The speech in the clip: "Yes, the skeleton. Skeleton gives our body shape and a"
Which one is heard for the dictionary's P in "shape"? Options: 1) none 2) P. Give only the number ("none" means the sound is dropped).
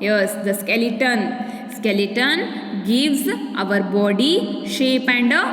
2